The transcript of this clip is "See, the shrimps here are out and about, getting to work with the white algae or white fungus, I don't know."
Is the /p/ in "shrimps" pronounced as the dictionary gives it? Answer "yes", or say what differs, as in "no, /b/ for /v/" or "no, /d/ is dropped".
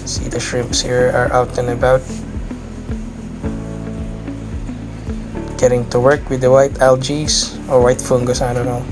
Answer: yes